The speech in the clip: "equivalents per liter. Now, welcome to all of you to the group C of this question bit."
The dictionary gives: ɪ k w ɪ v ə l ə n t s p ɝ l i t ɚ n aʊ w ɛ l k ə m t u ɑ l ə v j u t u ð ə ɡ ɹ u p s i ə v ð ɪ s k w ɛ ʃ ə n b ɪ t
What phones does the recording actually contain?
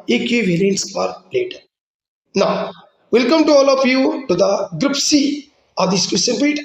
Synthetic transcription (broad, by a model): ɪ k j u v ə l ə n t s f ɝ l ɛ t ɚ n aʊ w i l k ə m t u ɑ l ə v j u t u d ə ɡ ɹ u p s i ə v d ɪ s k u s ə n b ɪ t